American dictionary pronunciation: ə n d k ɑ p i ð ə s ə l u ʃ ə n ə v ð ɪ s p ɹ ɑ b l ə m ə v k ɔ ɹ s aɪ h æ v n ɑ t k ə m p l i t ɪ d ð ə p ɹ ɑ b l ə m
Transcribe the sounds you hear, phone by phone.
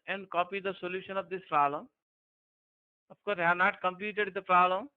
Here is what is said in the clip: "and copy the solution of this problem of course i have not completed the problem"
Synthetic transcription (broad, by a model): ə n d k ɑ p i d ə s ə l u ʃ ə n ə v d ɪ s p ɹ ɑ b l ə m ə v k ɔ ɹ s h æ n ɑ t k ə m p l i t ɪ d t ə p ɹ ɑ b l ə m